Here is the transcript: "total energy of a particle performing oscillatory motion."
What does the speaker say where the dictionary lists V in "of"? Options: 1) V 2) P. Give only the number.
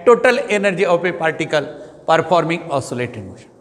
2